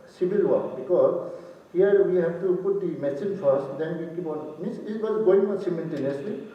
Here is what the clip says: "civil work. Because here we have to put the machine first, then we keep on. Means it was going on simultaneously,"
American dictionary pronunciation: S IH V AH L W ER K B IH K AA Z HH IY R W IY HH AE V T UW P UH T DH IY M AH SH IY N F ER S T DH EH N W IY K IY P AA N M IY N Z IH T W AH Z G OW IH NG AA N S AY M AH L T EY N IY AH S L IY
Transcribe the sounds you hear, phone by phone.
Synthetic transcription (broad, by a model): S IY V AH L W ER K B IH K AA Z HH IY R W IY HH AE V T UW P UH T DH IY M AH S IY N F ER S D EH N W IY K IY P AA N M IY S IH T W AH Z G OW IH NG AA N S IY M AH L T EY N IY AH S L IY